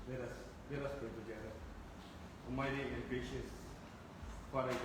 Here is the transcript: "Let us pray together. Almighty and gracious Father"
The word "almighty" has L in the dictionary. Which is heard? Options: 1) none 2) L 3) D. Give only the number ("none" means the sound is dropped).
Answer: 1